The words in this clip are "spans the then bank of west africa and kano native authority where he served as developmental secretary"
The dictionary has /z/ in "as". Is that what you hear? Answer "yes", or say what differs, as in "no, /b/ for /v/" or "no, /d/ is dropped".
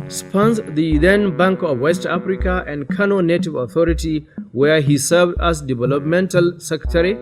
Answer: no, /s/ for /z/